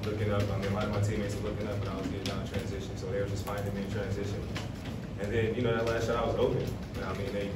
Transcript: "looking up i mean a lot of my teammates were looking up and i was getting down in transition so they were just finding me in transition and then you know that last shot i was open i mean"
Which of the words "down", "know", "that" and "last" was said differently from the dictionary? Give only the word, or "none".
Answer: down